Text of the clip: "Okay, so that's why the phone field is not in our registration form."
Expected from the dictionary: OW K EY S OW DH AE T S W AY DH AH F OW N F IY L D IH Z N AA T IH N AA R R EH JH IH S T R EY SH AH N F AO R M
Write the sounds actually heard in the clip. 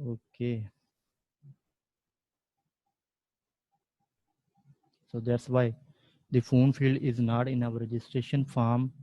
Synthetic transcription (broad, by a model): OW K EY S OW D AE T S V AY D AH F OW N F IY L D IH Z N AA T IH N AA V R EH JH IH S T R EY SH AH N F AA R M